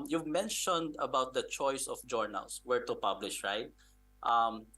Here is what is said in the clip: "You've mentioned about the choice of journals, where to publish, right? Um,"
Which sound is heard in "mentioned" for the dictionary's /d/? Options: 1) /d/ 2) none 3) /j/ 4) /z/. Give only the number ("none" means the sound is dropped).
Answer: 1